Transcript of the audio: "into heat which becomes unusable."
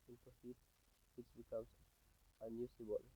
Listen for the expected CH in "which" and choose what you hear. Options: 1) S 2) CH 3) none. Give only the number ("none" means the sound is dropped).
1